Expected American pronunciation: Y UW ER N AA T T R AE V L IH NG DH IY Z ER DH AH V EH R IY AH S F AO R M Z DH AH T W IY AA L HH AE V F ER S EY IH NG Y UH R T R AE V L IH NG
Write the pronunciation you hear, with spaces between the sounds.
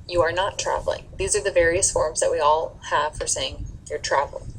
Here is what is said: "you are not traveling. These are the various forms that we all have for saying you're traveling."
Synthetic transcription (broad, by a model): Y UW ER N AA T T R AE V L IH NG DH IY Z ER DH AH V EH R IY AH S F AO R M Z DH AH T W IY AA L HH AE V F ER S EY IH NG Y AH R T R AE V L